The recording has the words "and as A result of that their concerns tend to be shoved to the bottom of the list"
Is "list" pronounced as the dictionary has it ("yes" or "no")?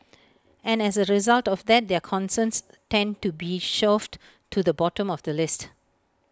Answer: yes